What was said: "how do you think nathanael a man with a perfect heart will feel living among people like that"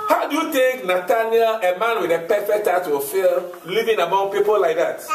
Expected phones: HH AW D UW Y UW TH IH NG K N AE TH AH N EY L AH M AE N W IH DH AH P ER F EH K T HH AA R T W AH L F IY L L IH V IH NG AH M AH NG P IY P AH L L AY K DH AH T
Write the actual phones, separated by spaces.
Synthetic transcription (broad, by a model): HH AW D UW Y UW T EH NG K N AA T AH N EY AH M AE N W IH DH AH P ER F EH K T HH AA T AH F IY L L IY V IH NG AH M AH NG P IY P AH L L AY K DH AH T